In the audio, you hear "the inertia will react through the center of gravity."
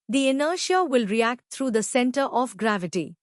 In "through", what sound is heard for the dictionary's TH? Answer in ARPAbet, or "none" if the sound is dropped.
T